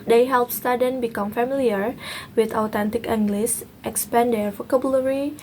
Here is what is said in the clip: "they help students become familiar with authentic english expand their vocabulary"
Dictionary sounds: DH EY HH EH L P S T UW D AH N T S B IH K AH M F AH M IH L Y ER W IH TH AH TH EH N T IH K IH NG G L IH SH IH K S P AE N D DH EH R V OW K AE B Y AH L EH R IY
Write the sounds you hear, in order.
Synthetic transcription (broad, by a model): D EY HH EH L P S T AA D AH N B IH K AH M F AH M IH L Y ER W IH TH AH T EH N T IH K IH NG G L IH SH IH K S P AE N D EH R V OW K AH B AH L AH R IY